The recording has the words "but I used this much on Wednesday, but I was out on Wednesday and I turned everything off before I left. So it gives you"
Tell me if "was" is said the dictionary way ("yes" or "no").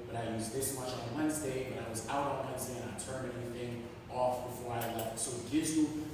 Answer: yes